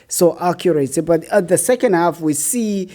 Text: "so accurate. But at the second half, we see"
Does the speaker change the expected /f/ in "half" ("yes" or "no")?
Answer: no